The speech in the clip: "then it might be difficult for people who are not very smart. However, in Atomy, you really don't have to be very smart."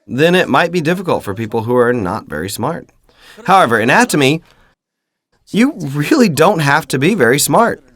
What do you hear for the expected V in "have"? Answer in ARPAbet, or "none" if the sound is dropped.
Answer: F